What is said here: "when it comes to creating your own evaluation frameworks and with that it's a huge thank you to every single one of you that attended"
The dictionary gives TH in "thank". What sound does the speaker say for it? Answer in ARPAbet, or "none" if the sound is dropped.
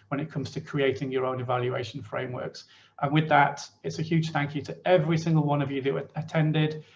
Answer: TH